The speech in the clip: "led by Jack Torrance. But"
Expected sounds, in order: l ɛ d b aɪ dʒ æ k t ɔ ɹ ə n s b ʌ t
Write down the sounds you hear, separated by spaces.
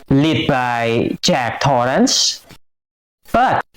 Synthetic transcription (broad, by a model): l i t b aɪ tʃ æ k t ɔ ɹ ə n s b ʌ t